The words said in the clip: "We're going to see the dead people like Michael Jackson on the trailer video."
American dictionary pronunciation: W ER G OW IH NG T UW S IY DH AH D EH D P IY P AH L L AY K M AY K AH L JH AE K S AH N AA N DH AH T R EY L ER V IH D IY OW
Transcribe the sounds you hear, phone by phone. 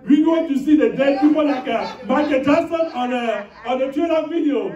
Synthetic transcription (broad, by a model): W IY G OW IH T UW S IY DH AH D EH D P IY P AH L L AY K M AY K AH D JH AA S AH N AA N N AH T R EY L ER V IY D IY OW